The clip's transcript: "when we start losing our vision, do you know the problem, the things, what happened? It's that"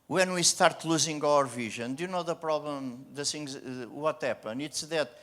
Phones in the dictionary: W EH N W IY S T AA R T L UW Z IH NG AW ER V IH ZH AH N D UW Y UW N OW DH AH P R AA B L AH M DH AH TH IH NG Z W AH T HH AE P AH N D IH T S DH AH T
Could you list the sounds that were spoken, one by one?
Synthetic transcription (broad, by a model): W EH N W IY S T AA R T L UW Z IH NG AW ER V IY ZH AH N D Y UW N OW DH AH P R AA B L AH M DH AH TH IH NG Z W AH T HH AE P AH N IH T S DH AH T